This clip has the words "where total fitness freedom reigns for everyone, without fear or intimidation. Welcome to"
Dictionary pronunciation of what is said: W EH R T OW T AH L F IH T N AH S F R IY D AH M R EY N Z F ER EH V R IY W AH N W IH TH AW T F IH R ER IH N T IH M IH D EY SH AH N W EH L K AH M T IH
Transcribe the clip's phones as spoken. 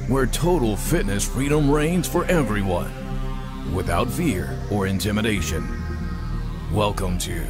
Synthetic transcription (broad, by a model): W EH R T OW T L F IH T N AH S F R IY D AH M R EY N Z F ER EH V R IY W AH N W IH TH AW T F IH R ER IH N T IH M IH D EY SH AH N W EH L K AH M T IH